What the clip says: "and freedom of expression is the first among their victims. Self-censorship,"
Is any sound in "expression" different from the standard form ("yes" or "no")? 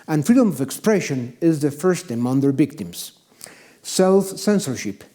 no